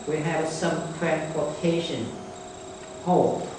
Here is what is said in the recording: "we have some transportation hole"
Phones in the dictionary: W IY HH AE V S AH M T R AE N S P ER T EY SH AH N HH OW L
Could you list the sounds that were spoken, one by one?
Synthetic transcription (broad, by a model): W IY HH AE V S AH M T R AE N P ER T EY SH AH N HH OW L